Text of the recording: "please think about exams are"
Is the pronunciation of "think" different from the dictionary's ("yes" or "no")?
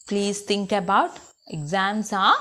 yes